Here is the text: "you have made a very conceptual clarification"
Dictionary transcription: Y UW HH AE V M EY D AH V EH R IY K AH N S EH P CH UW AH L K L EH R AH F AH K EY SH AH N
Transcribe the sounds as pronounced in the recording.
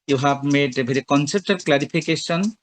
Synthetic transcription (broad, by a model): Y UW HH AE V M EY D AH B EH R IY K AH N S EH P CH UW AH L K L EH R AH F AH K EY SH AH N